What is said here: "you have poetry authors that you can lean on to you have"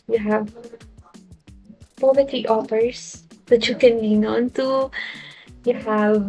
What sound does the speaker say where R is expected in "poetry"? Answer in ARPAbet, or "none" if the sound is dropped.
none